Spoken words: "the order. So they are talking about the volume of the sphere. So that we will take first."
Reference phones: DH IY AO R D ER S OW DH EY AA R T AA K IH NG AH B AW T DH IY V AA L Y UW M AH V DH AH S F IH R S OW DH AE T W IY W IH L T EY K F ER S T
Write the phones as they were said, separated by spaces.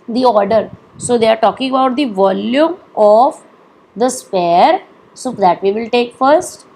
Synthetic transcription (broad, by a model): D IY AO R D ER S OW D EY AA R T AA K IH NG AH B AW T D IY V AA L Y UW M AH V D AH S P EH R S OW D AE T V IY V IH L T EY K F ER S T